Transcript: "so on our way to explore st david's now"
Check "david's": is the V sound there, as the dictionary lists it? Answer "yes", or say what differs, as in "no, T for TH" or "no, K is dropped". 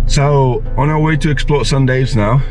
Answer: no, V is dropped